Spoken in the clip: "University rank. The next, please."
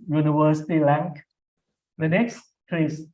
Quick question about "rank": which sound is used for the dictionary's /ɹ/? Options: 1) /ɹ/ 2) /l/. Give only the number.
2